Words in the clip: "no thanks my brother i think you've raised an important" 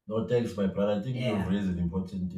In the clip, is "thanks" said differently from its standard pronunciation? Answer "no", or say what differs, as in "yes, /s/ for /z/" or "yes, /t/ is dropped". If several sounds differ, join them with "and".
yes, /t/ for /θ/